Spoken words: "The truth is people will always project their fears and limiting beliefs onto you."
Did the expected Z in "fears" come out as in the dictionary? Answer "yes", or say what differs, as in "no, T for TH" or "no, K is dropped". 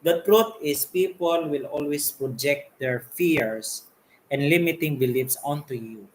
no, S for Z